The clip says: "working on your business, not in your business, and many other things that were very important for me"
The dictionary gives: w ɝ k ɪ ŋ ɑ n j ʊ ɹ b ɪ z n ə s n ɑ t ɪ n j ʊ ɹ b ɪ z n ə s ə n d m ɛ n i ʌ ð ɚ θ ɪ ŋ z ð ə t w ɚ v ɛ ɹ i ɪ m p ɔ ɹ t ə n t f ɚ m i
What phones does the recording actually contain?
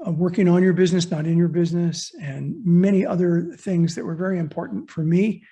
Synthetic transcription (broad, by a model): w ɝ k ɪ ŋ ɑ n j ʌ ɹ b ɪ z n ə s n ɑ t ɪ n j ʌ ɹ b ɪ z n ə s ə n m ɛ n i ʌ ð ɚ θ ɪ ŋ z ð ə t w ɚ v ɛ ɹ i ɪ m p ɔ ɹ t n t f ɚ m i